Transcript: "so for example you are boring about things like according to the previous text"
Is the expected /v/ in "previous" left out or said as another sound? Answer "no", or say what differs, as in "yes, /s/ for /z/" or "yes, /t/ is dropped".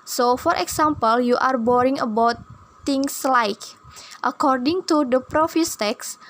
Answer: yes, /f/ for /v/